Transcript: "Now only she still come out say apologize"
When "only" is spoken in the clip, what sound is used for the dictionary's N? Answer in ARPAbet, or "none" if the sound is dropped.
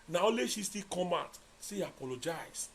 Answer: none